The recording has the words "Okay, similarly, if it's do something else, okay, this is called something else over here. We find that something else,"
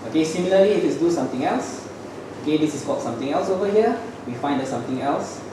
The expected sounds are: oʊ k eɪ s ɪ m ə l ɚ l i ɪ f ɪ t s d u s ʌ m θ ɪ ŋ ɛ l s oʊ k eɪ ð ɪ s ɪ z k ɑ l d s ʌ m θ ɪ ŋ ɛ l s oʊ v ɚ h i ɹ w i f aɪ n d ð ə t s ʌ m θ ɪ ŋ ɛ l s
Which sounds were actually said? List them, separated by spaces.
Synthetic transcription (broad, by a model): oʊ k eɪ s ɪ m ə l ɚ l i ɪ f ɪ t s d u s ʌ m t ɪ ŋ ɛ l s oʊ k eɪ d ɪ s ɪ s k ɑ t s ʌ m t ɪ ŋ ɛ l s oʊ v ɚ h i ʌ w i f aɪ n d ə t s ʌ m t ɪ ŋ ɛ l s